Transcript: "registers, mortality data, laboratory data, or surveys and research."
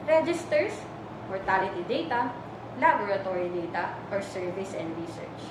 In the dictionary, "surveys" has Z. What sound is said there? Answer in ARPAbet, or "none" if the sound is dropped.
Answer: S